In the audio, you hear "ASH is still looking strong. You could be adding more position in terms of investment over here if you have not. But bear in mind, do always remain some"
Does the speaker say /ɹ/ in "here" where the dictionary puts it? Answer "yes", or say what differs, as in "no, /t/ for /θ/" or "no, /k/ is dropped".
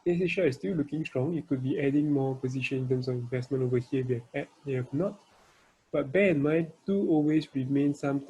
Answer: no, /w/ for /ɹ/